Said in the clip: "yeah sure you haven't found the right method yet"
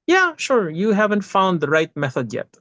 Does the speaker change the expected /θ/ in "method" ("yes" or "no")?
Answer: no